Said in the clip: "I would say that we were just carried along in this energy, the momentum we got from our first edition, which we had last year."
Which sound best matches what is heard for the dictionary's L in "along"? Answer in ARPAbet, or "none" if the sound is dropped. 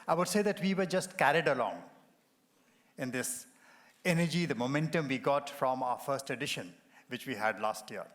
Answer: L